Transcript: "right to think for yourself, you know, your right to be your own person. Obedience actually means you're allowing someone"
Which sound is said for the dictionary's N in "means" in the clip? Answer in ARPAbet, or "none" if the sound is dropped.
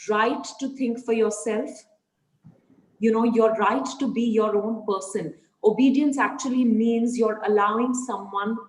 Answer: N